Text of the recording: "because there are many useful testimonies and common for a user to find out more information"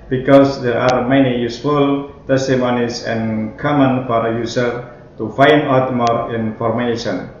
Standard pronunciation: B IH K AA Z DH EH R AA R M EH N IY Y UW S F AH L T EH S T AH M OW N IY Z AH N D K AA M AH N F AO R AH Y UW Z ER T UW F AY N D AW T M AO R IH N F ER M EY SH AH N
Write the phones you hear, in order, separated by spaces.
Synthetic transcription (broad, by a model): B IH K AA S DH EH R AA R M EH N IY Y UW S F AH L T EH S T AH M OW N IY S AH N K AA M AH N F AO R AH Y UW S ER T UW F AY N D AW T M AO R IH N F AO M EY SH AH N